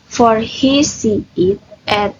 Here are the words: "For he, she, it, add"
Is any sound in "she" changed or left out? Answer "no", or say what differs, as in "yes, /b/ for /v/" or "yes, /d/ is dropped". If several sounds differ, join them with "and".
yes, /s/ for /ʃ/